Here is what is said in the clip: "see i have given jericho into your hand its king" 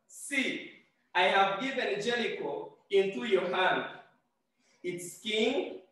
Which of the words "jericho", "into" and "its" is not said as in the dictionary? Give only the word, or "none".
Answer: jericho